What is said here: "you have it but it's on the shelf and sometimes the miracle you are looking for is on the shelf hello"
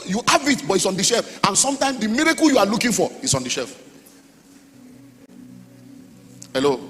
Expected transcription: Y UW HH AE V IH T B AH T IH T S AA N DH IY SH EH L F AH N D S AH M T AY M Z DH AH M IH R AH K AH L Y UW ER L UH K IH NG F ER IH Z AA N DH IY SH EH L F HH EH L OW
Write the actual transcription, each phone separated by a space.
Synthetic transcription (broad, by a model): Y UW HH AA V IH T B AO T IH T S AA N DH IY SH EH L F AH N S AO M T AY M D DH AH M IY R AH K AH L Y UW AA L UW K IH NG F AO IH S AA N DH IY SH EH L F HH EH L OW